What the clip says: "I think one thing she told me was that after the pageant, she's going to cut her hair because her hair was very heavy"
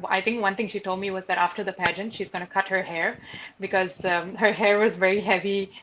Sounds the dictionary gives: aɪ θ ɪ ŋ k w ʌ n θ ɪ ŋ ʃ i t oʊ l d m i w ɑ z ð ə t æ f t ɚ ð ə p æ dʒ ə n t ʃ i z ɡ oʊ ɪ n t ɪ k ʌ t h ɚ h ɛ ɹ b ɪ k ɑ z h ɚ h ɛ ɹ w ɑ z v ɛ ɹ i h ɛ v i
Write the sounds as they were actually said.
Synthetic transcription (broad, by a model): aɪ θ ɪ ŋ k w ʌ n t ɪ ŋ ʃ i t oʊ l d m i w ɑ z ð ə t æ f t ɚ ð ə p æ dʒ ə n t ʃ i z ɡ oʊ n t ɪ k ʌ t h ɚ h ɛ ɹ b ɪ k ɑ z h ɚ h ɛ ɹ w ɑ z v ɛ ɹ i h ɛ v i